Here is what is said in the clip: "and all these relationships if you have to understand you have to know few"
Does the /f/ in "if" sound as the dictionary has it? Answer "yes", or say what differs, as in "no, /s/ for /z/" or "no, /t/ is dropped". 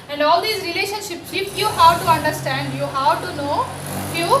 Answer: no, /p/ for /f/